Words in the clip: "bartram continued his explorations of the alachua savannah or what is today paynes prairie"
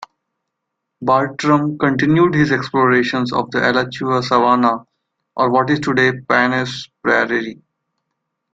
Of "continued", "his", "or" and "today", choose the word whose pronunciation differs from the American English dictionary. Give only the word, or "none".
none